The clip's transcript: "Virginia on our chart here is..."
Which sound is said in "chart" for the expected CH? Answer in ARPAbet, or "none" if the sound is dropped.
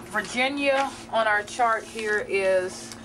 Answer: CH